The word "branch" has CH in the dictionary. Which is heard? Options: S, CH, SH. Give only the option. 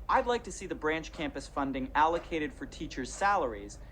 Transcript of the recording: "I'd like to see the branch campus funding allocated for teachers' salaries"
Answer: CH